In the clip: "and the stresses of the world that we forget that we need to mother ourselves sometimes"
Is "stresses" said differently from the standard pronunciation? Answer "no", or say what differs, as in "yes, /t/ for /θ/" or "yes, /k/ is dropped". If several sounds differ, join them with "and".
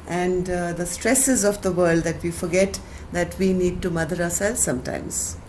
no